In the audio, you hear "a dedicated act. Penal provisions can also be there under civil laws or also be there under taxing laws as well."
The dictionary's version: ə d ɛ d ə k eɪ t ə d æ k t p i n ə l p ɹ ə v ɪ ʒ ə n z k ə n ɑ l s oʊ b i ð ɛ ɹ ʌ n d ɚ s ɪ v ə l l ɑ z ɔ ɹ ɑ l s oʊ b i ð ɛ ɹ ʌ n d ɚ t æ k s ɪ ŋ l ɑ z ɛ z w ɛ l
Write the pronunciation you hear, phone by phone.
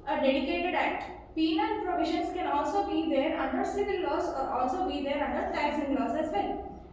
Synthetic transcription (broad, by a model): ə d ɛ d ə k eɪ t ə d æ t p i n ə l p ɹ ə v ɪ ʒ ə n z k ə n ɑ l s oʊ b i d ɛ ɹ ʌ n d ɚ s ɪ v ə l l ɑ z ɔ ɹ ɑ l s oʊ b i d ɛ ɹ ʌ n d ɚ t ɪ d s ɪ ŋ l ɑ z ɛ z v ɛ l